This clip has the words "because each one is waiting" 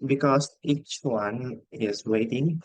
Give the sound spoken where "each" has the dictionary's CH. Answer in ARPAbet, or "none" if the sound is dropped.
CH